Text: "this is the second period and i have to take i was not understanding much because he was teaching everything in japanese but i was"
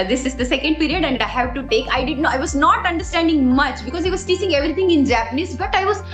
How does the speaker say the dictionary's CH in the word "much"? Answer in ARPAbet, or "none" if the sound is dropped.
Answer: CH